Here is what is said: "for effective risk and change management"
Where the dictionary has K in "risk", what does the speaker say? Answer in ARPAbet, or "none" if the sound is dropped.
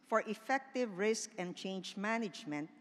K